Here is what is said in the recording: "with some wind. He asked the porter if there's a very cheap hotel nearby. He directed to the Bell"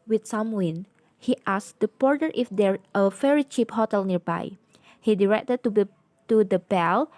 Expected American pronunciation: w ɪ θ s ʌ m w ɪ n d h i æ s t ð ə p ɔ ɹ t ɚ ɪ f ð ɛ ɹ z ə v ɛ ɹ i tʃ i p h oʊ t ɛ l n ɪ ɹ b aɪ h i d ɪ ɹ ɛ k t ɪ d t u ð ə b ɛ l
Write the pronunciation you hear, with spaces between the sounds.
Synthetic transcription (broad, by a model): w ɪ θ s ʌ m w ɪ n h i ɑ s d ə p ɔ ɹ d ɚ ɪ f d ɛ ɹ ə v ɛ ɹ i tʃ i p h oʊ t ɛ l n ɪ ɹ b aɪ h i d ɪ ɹ ɛ k t ɪ d t u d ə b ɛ l